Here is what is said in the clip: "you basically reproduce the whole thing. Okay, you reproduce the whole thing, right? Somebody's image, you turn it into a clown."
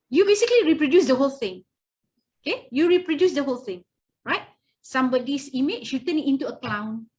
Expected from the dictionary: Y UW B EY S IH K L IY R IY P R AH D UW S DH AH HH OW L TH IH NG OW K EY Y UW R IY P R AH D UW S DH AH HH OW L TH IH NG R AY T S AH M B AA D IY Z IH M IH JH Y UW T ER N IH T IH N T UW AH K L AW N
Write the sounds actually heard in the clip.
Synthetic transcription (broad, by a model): Y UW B EY S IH K L IY R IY P R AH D UW S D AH HH OW L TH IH NG OW K EY Y UW R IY P R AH D UW S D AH HH OW L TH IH NG R AY T S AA M B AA D IY S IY M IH SH Y UW T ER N IH T IH N T UW AH K L AW N